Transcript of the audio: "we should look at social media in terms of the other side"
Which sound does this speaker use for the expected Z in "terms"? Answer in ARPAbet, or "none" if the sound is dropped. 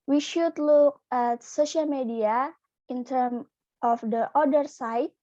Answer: none